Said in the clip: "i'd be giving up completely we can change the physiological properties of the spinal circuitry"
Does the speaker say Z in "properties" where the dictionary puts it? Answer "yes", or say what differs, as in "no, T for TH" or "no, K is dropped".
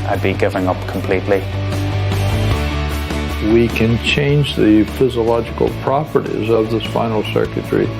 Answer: yes